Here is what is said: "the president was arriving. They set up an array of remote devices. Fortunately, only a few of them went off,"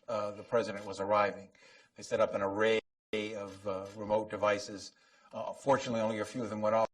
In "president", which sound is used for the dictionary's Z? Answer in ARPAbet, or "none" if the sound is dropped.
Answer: Z